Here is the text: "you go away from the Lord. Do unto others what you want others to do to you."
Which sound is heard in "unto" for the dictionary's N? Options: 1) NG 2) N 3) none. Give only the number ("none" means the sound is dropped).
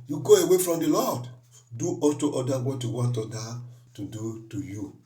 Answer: 3